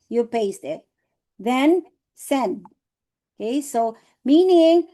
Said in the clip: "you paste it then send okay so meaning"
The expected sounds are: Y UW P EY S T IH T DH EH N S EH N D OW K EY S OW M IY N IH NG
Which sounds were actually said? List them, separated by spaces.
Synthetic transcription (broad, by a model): Y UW P EY S T IH T DH EH N S EH N D OW K EY S OW M IY N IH NG